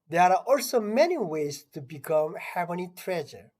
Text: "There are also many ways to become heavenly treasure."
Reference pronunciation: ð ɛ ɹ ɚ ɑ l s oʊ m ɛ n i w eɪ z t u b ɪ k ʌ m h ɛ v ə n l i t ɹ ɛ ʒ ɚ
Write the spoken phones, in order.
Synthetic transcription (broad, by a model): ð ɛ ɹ ɑ l s oʊ m ɛ n i w eɪ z t u b ɪ k ʌ m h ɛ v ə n i t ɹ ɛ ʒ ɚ